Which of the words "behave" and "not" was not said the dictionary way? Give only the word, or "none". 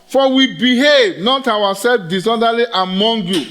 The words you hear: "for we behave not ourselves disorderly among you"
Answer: none